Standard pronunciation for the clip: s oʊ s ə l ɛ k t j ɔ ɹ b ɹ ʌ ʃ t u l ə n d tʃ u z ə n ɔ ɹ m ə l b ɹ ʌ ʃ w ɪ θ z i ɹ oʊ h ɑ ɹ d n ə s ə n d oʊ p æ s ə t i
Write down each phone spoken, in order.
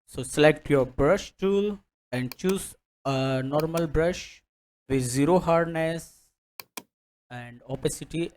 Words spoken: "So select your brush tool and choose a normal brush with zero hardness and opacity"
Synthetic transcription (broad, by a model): s oʊ s ə l ɛ k t j ɔ ɹ b ɹ ʌ ʃ t u l ə n d tʃ u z ə n ɔ ɹ m ə l b ɹ ʌ ʃ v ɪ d z i ɹ oʊ h ɑ ɹ d n ə s ə n d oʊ p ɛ s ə t i